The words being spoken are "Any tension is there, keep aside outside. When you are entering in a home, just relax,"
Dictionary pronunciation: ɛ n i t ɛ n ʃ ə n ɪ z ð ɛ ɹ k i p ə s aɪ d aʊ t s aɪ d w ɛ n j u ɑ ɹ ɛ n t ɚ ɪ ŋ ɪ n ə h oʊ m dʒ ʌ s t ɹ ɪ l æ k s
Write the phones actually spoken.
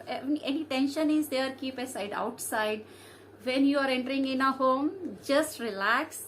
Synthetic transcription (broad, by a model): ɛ n i t ɛ n ʃ ə n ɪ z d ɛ ɹ k i p ə s aɪ d aʊ t s aɪ d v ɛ n j u ɑ ɹ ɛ n t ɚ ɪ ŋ ɪ n ə h oʊ m dʒ ʌ s t ɹ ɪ l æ k s